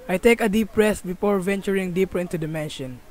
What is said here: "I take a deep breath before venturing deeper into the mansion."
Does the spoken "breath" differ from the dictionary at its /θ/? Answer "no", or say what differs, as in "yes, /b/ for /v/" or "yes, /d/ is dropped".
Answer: yes, /s/ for /θ/